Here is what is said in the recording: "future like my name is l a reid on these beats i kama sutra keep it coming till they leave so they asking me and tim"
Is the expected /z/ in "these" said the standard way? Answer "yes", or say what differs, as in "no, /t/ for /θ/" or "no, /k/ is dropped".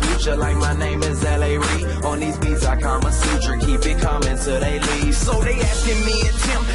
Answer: yes